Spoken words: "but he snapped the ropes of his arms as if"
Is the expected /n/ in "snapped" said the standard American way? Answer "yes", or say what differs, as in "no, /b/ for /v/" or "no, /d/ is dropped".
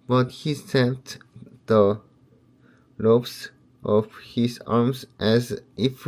no, /n/ is dropped